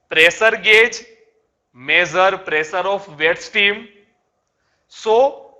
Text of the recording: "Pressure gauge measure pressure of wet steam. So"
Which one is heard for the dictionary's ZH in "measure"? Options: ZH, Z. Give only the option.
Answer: Z